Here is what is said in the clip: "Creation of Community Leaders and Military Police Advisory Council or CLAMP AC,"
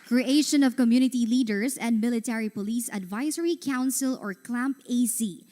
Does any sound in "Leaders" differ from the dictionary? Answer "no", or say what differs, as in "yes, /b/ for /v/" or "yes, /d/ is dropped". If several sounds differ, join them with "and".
yes, /s/ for /z/